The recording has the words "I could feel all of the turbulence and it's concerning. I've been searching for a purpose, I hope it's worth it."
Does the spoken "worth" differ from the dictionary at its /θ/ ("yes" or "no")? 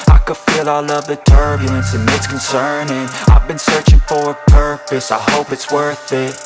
no